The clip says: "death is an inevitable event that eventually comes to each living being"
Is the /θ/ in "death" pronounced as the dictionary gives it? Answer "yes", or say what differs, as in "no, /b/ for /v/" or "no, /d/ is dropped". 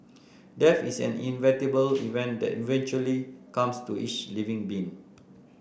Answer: no, /f/ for /θ/